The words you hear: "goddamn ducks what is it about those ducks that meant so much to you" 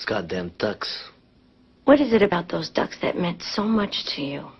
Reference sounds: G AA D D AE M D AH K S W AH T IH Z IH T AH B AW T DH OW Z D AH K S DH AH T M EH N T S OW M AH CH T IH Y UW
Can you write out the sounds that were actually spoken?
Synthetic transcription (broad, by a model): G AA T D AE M D AH K S W AH T IH Z IH T AH B AW T DH OW Z D AH K S DH AH T M EH N T S OW M AH CH T IH Y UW